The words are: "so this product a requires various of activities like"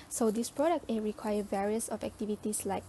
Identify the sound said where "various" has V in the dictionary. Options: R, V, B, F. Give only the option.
V